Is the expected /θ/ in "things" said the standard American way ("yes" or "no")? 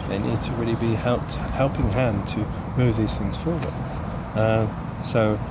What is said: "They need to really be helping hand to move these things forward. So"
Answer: yes